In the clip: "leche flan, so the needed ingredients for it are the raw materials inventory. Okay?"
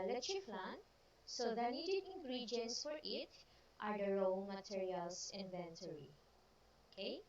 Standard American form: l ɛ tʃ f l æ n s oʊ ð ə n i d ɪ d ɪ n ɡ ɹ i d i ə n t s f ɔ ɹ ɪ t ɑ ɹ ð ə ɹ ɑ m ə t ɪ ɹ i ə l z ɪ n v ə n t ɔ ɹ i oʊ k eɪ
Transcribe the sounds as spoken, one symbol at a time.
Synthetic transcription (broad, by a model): l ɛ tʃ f l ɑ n s oʊ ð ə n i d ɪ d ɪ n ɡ ɹ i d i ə n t s f ɔ ɹ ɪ t ɑ ɹ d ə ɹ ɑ m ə t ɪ ɹ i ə l s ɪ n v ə n t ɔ ɹ i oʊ k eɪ